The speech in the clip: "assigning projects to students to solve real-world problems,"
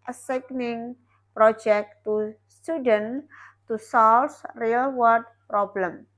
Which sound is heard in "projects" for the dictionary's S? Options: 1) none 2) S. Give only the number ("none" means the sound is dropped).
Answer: 1